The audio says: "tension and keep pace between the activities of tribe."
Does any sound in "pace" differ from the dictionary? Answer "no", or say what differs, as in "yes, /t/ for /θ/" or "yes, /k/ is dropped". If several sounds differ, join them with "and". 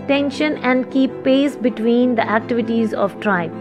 no